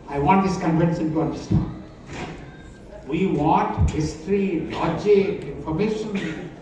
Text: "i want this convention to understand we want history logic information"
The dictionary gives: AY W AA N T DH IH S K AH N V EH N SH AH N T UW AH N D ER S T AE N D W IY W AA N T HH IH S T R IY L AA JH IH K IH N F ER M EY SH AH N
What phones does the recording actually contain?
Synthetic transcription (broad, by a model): AY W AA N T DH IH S K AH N F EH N S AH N T UW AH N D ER S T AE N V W IY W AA N T HH IH S T R IY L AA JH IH IH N F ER M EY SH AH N